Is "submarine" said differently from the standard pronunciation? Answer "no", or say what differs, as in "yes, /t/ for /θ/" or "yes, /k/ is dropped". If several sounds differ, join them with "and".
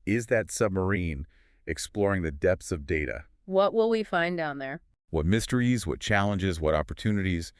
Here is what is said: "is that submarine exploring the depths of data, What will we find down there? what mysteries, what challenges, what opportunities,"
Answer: no